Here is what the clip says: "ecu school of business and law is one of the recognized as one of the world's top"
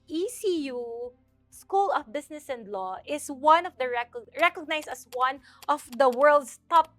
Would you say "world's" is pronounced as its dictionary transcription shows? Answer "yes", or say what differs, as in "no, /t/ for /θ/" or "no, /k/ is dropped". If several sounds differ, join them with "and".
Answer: no, /s/ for /z/